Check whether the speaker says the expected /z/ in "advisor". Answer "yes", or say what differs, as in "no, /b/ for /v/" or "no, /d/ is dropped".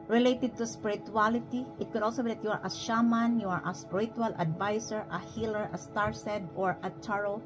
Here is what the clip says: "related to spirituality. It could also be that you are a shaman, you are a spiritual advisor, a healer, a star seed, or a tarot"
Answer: no, /s/ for /z/